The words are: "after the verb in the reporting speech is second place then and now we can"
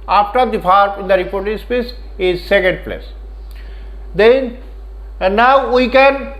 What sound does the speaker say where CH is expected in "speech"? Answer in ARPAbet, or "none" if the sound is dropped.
S